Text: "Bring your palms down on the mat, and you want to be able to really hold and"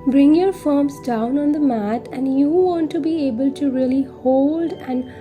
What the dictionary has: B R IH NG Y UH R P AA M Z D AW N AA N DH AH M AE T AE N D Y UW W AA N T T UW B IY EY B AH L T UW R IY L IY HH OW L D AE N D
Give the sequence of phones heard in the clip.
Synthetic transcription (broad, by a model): B R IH NG Y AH R F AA M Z D AW N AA N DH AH M AE T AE N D Y UW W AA N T T UW B IY EY B AH L T UW R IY L IY HH OW L D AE N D